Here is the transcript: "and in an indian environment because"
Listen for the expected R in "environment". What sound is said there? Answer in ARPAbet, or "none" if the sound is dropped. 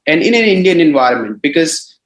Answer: R